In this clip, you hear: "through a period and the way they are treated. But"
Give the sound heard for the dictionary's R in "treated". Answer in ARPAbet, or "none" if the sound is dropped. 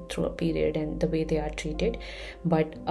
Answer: R